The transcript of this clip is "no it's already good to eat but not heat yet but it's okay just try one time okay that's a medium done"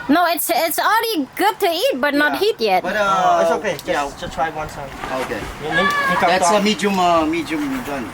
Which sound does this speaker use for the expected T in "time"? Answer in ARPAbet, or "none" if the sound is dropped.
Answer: S